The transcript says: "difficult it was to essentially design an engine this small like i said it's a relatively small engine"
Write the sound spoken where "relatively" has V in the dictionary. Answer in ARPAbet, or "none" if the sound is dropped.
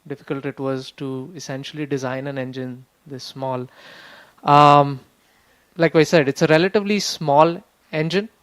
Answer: V